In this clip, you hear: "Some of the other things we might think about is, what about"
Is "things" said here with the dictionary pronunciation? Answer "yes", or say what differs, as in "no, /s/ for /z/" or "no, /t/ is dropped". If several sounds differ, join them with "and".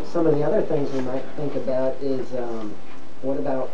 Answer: yes